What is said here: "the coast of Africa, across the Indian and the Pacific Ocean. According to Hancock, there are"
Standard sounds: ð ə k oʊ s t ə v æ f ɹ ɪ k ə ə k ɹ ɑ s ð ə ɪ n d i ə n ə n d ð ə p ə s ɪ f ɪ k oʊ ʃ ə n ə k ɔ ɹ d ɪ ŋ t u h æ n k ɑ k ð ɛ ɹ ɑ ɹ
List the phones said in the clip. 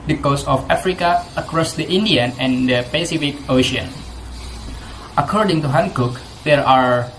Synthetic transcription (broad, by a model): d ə k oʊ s ə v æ f ɹ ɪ k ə ə k ɹ ɑ s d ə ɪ n d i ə n ə n d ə p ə s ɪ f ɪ k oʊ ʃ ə n ə k ɔ ɹ d ɪ ŋ t u h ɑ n k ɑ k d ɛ ɹ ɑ ɹ